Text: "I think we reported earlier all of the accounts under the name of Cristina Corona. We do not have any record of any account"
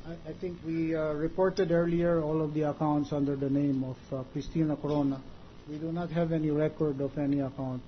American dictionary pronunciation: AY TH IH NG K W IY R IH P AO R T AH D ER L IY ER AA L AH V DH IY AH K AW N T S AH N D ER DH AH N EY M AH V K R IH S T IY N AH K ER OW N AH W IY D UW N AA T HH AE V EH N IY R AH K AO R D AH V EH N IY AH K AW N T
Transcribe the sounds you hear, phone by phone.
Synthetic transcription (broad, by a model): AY T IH NG K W IY R IH P AO R T AH D ER L IY ER AA L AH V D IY AH K AW N T S AH N D ER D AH N EY M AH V K R IH S T IY N AH K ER OW N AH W IY D UW N AA T HH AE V EH N IY R AH K AO R D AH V EH N IY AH K AW N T